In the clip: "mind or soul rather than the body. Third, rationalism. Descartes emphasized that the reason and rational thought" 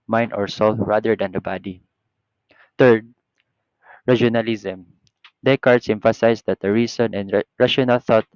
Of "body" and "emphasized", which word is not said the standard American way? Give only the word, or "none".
emphasized